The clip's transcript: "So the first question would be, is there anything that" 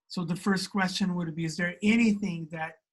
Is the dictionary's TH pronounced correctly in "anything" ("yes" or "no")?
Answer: yes